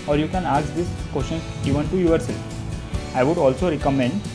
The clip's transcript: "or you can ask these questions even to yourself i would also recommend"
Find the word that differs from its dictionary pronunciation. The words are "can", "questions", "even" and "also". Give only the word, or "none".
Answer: questions